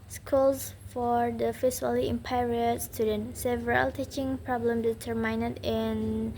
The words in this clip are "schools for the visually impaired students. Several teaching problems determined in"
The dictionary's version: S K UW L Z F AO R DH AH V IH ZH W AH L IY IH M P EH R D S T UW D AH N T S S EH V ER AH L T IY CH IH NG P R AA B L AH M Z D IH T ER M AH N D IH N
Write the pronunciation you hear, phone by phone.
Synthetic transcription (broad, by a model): S K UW L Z F AO R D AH F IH S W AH L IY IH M P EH R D S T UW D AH N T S S EH V ER AH L T IY CH IH NG P R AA B L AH M D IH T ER M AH N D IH N